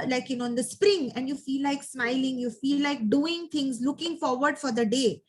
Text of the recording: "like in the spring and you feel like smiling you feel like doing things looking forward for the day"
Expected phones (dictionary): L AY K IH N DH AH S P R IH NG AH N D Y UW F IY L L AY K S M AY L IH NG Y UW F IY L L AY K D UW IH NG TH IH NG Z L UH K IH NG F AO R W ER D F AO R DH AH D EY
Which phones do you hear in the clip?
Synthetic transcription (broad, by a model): L AY K IH N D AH S P R IH NG AH N D Y UW F IY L L AY K S M AY L IH NG Y UW F IY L L AY K D UW IH NG T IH NG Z L UH K IH NG F AO R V ER D F AO R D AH D EY